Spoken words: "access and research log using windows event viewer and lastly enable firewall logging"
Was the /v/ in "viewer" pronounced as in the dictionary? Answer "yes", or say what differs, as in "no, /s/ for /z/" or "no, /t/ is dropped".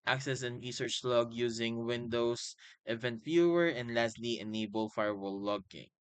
no, /f/ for /v/